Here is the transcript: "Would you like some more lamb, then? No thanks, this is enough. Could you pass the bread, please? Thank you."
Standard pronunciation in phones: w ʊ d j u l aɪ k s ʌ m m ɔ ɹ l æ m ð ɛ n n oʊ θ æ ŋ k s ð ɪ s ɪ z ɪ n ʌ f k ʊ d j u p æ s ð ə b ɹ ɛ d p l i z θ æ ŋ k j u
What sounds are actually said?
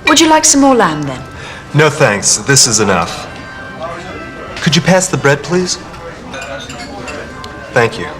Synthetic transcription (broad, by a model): w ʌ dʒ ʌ l aɪ k s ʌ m m ɔ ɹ l æ m ð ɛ n n oʊ θ æ ŋ k s ð ɪ s ɪ z ɪ n ʌ f k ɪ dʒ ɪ p æ s ð ə b ɹ ɛ d p l i z θ æ ŋ k j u